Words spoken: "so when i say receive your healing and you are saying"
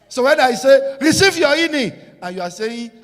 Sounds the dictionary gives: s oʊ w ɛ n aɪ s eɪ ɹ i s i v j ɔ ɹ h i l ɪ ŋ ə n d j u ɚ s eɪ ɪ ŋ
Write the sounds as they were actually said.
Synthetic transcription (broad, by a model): s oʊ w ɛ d aɪ s eɪ ɹ i s i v j ɔ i n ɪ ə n j u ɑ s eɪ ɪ